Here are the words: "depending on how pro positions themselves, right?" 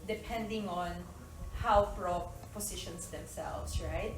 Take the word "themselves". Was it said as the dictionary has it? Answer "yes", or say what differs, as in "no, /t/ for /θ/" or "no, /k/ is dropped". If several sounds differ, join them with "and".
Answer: no, /s/ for /z/